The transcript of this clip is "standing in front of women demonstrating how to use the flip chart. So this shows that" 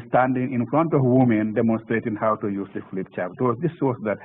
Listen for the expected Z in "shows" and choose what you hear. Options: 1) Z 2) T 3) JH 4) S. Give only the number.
4